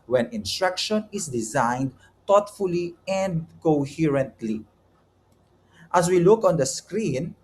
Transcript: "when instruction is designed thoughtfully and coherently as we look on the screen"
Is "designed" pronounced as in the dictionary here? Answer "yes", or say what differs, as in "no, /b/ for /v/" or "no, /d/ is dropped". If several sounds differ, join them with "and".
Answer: yes